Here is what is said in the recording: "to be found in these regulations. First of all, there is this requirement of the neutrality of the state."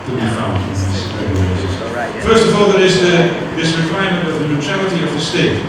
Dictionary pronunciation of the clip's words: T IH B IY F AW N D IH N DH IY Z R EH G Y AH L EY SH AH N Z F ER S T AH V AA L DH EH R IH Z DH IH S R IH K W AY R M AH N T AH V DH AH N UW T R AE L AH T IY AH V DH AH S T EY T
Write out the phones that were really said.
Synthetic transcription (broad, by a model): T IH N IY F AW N IH N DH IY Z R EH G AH IH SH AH Z F ER S T AH V AA L DH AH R IH Z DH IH S R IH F AY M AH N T AH V DH AH N UW T R AE L AH T IY AH V DH AH S T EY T